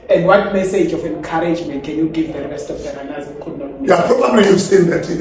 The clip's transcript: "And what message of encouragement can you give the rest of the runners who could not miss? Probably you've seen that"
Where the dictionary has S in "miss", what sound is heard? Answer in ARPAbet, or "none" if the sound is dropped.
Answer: none